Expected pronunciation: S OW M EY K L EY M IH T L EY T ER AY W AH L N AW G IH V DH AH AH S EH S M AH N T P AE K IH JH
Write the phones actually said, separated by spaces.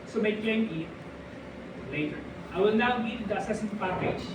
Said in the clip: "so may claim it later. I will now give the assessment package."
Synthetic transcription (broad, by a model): S OW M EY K EY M IH T L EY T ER AY W AH L N AW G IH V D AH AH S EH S AH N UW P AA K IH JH